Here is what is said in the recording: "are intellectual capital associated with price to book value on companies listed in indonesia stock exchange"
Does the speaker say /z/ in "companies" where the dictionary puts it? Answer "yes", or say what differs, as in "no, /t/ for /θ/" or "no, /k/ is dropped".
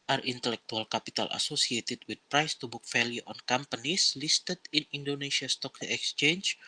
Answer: no, /s/ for /z/